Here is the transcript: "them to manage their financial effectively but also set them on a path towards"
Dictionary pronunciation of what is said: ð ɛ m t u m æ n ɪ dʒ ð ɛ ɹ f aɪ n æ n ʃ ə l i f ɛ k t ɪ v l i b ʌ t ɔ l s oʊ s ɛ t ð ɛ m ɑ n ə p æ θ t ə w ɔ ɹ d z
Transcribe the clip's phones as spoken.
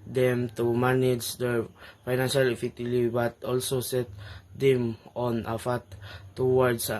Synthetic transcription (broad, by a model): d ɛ m t u m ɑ n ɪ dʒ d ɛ ɹ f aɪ n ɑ n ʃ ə l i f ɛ t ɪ l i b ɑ t ɔ l s oʊ s ɛ t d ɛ m ɑ n ə f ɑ t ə w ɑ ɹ d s